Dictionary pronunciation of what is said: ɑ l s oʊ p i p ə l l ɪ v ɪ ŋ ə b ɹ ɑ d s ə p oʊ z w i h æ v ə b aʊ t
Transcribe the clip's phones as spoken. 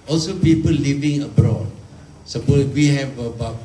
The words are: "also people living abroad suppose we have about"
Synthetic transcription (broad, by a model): ɑ l s oʊ p i p ə l l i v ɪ ŋ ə b ɹ ɑ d s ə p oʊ w i h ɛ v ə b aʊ